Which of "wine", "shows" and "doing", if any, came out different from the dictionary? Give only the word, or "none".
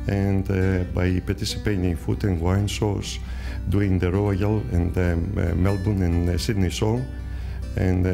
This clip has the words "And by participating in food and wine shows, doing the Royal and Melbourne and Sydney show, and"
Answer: shows